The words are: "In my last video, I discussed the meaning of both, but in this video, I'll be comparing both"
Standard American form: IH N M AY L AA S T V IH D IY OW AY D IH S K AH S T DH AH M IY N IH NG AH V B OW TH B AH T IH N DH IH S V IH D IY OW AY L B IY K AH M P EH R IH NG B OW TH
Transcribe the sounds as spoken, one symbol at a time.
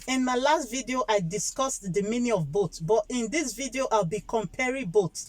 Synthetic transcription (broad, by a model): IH N M AY L AA S T V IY D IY OW AY D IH S K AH S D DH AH M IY N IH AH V B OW S B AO T IH N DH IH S V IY D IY OW AY L B IY K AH M P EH R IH B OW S